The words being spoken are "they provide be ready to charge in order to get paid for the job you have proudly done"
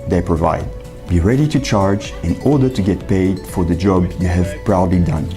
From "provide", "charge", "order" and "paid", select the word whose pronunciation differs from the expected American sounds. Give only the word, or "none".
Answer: none